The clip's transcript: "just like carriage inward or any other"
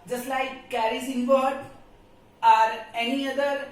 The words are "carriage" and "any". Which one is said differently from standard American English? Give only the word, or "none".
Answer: carriage